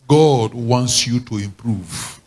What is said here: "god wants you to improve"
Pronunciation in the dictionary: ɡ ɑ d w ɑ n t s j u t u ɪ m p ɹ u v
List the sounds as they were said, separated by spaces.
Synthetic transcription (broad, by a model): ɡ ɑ d w ɑ n t s j u t u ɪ m p ɹ u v